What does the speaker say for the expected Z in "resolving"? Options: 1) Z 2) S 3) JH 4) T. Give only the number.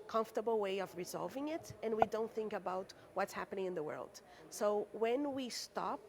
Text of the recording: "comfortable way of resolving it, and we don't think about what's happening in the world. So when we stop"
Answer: 1